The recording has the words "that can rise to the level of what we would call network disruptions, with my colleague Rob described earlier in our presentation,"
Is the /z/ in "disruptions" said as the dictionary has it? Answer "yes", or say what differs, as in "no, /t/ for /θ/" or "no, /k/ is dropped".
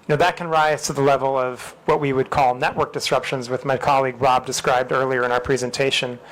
yes